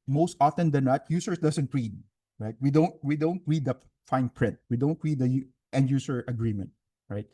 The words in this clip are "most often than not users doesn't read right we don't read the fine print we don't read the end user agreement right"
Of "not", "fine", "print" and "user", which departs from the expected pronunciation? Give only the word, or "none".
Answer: user